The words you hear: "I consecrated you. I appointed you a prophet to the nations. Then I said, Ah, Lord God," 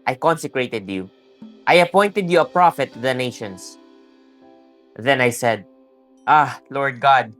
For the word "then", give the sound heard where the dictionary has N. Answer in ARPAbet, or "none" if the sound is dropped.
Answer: N